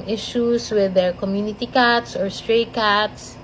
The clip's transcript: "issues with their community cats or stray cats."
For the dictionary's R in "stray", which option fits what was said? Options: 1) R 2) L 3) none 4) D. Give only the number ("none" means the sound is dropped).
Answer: 1